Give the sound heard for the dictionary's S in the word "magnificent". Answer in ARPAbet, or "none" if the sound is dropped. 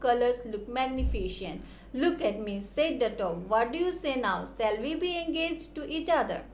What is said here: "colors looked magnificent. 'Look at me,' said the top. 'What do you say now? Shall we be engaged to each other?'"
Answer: SH